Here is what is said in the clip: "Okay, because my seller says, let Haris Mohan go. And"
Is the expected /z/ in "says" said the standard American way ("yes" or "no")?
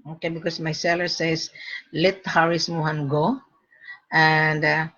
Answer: no